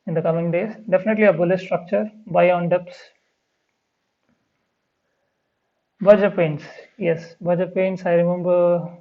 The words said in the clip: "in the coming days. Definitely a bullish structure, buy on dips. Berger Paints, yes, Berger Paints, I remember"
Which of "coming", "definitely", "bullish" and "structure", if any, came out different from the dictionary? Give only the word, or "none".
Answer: bullish